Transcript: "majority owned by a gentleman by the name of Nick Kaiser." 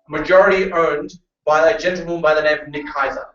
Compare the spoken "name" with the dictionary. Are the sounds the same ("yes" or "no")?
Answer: no